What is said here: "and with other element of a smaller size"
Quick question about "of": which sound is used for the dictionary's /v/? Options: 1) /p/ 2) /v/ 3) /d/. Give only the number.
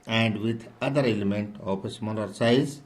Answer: 1